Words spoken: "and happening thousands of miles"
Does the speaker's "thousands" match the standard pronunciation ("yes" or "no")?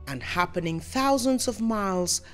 yes